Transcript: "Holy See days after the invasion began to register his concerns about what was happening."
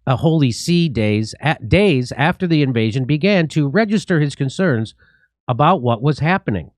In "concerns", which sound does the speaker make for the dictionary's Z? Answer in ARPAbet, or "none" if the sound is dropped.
Z